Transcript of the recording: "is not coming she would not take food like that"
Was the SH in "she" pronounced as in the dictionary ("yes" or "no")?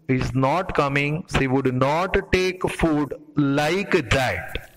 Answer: no